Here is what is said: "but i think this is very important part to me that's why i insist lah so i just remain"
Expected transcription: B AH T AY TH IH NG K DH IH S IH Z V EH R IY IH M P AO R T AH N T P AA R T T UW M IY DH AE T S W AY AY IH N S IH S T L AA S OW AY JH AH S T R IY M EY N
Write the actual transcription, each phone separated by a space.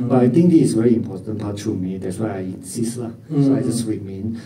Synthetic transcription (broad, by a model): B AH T AY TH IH NG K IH IH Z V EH R IY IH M P AO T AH N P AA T T UW M IY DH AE T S W AY AY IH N S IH S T L AA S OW AY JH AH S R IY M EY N